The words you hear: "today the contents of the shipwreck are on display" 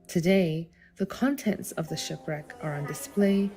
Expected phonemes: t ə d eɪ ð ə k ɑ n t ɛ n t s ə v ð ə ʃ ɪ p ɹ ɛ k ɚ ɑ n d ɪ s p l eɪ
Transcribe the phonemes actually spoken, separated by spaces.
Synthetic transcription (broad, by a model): t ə d eɪ ð ə k ɑ n t ɛ n t s ə v ð ə ʃ ɪ p ɹ ɛ k ɚ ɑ n d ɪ s p l eɪ